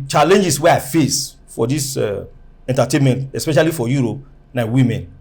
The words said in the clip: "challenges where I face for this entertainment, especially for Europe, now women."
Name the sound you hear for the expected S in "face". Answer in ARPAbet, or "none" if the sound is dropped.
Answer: S